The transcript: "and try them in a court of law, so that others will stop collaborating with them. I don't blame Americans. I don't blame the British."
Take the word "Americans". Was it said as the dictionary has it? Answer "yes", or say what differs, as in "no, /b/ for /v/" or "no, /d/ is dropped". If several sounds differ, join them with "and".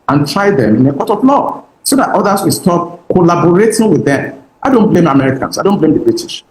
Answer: no, /s/ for /z/